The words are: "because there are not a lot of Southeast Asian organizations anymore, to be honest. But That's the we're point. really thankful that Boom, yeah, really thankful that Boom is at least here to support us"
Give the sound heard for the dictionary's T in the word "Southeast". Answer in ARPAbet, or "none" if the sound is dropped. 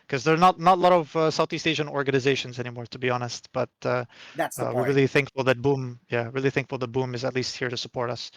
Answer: T